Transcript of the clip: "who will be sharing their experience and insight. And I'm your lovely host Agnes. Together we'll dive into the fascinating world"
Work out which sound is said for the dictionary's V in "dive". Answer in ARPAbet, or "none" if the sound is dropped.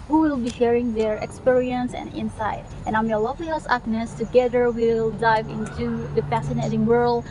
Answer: V